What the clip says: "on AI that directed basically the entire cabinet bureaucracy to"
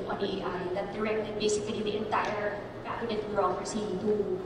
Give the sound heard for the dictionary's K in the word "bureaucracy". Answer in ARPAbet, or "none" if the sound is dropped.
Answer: none